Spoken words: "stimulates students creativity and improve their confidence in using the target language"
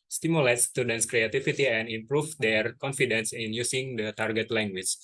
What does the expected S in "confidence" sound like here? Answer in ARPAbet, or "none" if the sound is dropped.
S